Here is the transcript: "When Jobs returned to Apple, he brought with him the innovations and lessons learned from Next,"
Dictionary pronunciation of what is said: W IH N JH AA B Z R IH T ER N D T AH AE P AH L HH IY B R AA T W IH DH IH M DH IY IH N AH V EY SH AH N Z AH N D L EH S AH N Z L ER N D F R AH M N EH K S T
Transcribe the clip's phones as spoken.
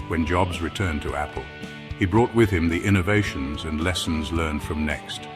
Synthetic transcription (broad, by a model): W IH N JH AA B Z R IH T ER N T AH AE P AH L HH IY B R AA T W IH DH IH M DH IY IH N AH V EY SH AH N Z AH N L EH S N Z L ER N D F R AH M N EH K S T